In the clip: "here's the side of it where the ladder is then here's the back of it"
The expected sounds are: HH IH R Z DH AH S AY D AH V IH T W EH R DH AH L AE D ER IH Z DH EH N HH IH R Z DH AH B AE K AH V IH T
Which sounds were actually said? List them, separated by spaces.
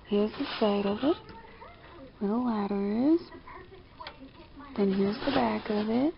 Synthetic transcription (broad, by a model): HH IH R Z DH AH S AY D AH V IH T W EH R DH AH W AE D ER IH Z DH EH N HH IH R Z DH AH B AE K AH V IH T